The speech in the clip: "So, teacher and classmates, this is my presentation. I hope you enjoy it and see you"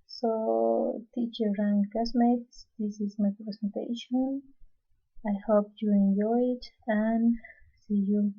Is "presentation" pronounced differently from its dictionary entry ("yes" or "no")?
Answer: yes